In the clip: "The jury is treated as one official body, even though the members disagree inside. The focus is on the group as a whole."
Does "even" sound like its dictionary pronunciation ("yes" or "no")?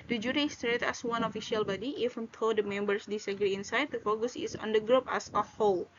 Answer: no